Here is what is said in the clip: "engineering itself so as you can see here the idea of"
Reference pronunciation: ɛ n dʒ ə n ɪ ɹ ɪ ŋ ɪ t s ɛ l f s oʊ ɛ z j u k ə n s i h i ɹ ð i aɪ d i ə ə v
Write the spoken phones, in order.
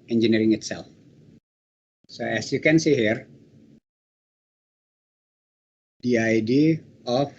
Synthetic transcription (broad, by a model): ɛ n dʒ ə n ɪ ɹ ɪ ŋ ɪ t s ɛ l f s oʊ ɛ s j u k ə n s i h i ɹ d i aɪ d i ə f